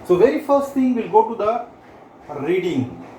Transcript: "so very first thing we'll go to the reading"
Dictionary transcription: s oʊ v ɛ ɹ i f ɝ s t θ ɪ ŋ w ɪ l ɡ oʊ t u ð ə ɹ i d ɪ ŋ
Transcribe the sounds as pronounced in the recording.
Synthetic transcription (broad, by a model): s oʊ v ɛ ɹ i f ɝ s t t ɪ ŋ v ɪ l ɡ oʊ t u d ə ɹ i d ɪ ŋ